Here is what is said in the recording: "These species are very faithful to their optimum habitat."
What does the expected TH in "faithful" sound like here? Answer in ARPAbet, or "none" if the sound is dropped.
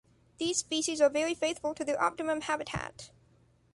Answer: TH